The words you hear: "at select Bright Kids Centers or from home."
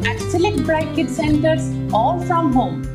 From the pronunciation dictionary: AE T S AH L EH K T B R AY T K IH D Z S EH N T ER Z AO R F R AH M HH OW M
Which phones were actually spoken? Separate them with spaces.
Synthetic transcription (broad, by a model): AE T S AH L EH K T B R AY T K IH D S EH N T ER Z AO L F R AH M HH OW M